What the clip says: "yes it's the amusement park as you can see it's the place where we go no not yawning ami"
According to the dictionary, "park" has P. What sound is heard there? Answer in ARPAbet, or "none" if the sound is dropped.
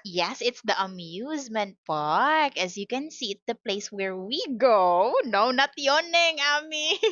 F